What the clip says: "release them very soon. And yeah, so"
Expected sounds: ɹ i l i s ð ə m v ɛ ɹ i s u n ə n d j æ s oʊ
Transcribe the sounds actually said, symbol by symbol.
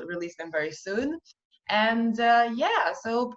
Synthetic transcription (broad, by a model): ɹ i l i s ð ə m v ɛ ɹ i s u n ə n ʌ j æ s oʊ